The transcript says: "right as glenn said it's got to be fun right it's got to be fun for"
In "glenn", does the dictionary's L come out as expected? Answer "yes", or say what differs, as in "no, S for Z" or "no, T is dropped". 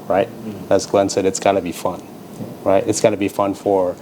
yes